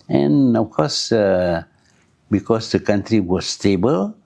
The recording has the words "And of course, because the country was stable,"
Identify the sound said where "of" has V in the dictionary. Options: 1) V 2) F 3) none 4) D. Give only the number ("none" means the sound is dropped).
2